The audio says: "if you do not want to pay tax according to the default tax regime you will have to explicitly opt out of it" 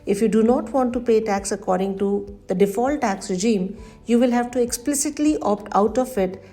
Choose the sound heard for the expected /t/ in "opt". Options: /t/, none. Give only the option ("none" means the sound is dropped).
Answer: /t/